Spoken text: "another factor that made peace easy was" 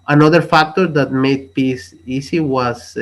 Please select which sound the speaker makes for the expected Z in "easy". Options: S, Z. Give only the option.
S